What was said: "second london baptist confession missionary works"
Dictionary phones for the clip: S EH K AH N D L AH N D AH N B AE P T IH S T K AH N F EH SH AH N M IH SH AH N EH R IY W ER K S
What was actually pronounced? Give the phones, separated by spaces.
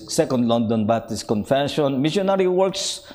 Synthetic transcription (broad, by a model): S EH K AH N D L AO N D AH N B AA T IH S K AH N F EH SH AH N M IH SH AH N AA R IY W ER K S